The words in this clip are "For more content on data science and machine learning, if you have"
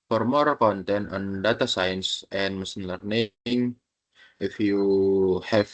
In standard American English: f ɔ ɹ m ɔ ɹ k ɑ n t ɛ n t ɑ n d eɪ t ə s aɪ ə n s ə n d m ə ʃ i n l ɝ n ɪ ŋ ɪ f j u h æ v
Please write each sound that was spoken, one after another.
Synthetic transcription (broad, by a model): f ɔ ɹ m ɔ ɹ k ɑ n t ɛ n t ɑ n d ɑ t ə s aɪ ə n s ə n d m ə s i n l ɝ n ɪ ŋ ɪ f j u h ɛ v